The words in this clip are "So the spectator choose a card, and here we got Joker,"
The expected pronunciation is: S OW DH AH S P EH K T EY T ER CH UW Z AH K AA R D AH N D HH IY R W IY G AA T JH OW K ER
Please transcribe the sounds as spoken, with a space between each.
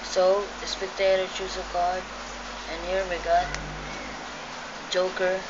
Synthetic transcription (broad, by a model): S OW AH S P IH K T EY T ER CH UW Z AH K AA L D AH N HH IY R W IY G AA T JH OW K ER